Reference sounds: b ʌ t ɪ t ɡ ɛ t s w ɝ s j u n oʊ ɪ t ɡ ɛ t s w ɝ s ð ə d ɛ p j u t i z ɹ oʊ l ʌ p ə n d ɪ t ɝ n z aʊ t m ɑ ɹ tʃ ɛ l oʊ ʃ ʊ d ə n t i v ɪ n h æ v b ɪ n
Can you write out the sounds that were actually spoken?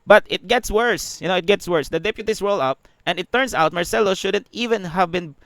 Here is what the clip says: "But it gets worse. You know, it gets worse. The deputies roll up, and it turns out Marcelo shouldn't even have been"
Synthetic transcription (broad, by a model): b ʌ t ɪ t ɡ ɛ t s w ɝ s j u n oʊ ɪ t ɡ ɛ t s w ɝ s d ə d ɛ p j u t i s ɹ oʊ l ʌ p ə n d ɪ t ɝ n s aʊ t m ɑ ɹ s ɛ l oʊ ʃ ʊ d ə n t i v ɪ n h æ v b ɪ n